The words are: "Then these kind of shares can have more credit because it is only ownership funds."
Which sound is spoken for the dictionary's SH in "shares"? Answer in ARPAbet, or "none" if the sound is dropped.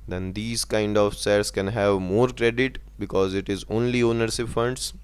S